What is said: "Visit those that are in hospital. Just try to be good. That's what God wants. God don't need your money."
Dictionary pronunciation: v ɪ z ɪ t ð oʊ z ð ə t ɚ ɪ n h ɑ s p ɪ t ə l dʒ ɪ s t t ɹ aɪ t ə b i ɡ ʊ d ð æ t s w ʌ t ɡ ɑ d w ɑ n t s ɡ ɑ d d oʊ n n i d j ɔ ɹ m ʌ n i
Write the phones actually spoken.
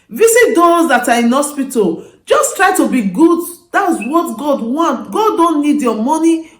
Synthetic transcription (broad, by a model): v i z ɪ t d oʊ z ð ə t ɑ ɪ n h ɑ s p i t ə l dʒ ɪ s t t ɹ aɪ t ə b i ɡ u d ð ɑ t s w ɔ t ɡ ɑ d w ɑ n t ɡ ɑ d d oʊ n n i d j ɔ m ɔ n i